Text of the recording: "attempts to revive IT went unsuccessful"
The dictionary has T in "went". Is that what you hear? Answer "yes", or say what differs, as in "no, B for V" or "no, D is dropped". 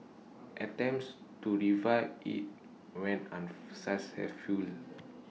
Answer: no, T is dropped